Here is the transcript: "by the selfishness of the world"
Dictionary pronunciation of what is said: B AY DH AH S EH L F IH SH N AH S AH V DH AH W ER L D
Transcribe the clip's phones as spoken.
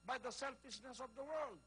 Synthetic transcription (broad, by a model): B AY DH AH S EH L F IH SH N AH S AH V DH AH W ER L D